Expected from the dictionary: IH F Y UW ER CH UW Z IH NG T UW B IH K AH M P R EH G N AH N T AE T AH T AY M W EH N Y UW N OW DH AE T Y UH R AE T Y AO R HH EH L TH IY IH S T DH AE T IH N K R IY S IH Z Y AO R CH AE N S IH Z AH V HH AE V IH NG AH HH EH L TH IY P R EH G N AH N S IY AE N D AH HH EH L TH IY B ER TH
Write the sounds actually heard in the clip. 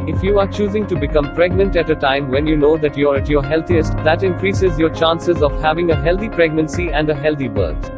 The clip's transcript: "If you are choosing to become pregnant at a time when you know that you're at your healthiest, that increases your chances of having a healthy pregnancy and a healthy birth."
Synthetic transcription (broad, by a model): IH F Y UW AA CH UW Z IH NG T UW B IH K AH M P R EH G N AH N T AE T AH T AY M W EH N Y UW N OW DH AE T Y R AE T Y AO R HH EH L T IY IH S T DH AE T IH N K R IY S IH Z Y AO R CH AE N S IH Z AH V HH AE V IH NG AH HH EH L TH IY P R EH G N AH N S IY AE N D AH HH EH L T IY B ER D